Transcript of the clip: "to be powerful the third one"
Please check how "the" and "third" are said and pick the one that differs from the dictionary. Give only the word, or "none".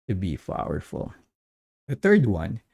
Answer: none